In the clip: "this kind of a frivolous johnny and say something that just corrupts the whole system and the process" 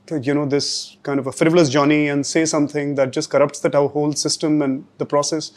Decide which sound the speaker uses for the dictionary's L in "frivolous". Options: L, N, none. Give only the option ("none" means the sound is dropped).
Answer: L